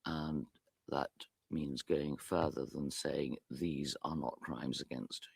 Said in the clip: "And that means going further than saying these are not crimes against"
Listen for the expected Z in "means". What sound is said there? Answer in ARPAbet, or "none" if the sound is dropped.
Z